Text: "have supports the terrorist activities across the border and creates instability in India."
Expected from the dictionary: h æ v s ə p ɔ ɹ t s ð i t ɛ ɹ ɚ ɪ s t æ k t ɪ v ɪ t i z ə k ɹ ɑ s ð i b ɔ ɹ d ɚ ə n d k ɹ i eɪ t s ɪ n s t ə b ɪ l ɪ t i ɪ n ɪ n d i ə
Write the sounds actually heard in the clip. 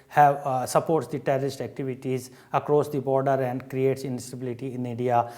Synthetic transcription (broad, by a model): h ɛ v s ə p ɔ ɹ t s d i t ɛ ɹ ɚ ɪ s t æ k t ɪ v ɪ t i z ə k ɹ ɑ s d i b ɔ ɹ d ɚ ə n d k ɹ i eɪ t s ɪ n s t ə b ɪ l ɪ t i ɪ n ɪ n d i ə